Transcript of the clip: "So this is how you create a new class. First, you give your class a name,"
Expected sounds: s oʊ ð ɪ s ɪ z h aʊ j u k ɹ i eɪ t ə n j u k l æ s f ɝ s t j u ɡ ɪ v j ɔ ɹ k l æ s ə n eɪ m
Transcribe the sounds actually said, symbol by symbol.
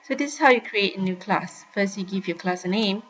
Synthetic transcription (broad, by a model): s oʊ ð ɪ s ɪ s h aʊ j u k ɹ i eɪ t ə n j u k l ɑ s f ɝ s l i ɡ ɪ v j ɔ k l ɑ s ə n eɪ m